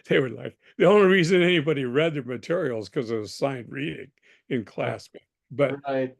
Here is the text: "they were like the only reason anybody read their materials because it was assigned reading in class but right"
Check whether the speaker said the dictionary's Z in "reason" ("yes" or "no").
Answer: yes